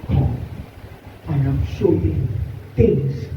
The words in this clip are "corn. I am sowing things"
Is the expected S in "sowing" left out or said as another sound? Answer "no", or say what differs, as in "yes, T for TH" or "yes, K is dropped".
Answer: yes, SH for S